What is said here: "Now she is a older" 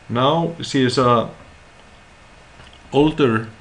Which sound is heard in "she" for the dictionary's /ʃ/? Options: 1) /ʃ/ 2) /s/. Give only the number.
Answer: 2